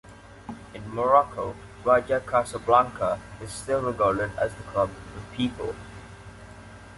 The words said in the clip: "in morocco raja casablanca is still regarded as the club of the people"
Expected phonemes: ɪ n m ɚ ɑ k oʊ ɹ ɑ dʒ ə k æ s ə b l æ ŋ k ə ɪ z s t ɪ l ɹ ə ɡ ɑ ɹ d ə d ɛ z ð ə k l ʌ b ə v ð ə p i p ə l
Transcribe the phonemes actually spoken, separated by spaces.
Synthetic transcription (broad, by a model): ɪ n m ɚ ɑ k oʊ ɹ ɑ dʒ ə k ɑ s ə b l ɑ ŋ k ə ɪ z s t ɪ l ɹ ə ɡ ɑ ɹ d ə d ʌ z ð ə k ʌ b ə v p i p ə l